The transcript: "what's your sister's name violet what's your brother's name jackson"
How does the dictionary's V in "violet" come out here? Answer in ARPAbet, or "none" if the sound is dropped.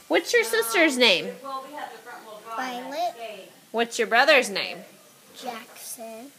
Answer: P